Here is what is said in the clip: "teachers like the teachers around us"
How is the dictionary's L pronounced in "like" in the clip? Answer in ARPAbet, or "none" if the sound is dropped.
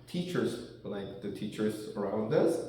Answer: L